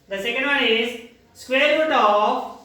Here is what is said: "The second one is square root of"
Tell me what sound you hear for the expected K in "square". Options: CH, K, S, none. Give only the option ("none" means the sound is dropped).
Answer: K